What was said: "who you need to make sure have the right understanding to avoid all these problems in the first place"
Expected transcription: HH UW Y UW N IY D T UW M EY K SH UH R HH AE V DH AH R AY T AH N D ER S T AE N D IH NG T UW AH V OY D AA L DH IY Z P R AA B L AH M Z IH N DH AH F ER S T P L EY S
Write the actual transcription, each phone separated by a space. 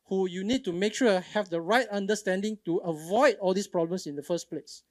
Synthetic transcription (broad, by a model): HH UW Y UW N IY D T UW M EY K SH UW HH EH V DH AH R AY T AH N D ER S T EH N D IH NG T UW AH V OY D AA L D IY S P R AA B L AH M S IH N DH AH F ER S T P L EY S